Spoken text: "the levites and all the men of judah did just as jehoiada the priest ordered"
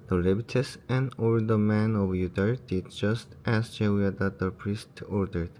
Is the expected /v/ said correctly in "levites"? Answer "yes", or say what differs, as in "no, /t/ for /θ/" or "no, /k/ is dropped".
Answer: no, /b/ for /v/